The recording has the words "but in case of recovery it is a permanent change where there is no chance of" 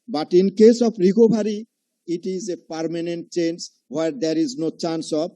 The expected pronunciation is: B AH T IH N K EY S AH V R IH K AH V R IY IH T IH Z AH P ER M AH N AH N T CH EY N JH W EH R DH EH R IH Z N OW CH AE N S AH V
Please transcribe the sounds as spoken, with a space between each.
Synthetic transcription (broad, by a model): B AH T IH N K EY S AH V R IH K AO B R IY IH T IH Z AH P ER M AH N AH N T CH EY N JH W EH R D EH R IH Z N OW CH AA N S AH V